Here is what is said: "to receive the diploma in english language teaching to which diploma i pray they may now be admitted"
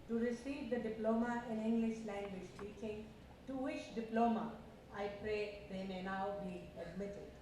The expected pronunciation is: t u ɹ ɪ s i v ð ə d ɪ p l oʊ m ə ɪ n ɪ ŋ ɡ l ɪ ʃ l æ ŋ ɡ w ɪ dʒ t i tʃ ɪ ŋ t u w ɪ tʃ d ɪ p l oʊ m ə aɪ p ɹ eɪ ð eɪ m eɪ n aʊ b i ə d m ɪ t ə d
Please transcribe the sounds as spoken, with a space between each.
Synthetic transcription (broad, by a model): t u ɹ ɪ s i v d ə d ɪ p l oʊ m ə ɪ n ɪ ŋ ɡ l ɪ ʃ l æ ŋ ɡ w ɪ dʒ t i tʃ ɪ ŋ t u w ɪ ʃ d ɪ p l oʊ m ə aɪ p ɹ eɪ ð eɪ m eɪ n aʊ b i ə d m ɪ t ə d